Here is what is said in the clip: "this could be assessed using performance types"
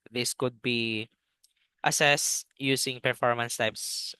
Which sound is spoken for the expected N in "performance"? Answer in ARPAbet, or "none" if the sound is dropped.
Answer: N